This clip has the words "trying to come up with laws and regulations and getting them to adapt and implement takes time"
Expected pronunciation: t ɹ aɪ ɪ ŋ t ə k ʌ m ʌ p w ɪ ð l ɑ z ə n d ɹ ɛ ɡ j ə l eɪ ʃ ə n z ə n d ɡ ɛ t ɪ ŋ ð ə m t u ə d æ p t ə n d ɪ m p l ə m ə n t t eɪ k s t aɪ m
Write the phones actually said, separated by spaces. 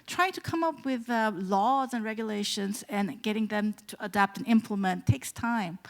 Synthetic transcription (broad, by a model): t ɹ aɪ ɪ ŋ t ə k ʌ m ʌ p w ɪ ð l ɑ z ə n ɹ ɛ ɡ j ə l eɪ ʃ ə n z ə n ɡ ɛ t ɪ ŋ ð ə m t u ə d æ p t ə n ɪ m p l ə m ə n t t eɪ k s t aɪ m